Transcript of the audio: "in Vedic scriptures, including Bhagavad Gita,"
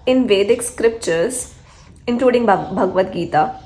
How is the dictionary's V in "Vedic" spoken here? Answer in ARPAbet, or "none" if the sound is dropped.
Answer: V